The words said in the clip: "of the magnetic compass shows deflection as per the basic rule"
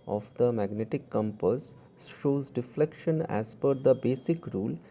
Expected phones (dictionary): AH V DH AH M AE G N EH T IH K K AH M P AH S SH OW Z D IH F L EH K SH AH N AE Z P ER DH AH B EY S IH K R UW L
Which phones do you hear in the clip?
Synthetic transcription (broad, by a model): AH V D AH M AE G N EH T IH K K AH M P AH S SH OW Z D IH F L EH K SH AH N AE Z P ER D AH B EY S IH K R UW L